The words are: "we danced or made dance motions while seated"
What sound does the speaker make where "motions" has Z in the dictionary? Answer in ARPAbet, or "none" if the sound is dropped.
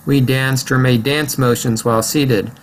Z